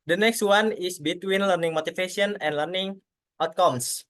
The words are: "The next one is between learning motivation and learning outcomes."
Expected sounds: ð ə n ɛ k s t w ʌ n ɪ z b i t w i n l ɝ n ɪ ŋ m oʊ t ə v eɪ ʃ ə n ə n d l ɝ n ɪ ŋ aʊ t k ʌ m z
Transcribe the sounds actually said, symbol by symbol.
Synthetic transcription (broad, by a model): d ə n ɛ k s t w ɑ n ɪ s b i t w i n l ɝ n ɪ ŋ m oʊ t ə f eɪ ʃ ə n ə n d l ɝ n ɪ ŋ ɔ t k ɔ m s